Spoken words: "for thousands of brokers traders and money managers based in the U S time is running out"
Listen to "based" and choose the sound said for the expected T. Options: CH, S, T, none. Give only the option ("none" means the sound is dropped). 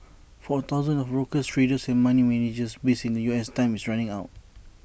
none